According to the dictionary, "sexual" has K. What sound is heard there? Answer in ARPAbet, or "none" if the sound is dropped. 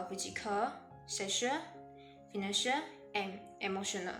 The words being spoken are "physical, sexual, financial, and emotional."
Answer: none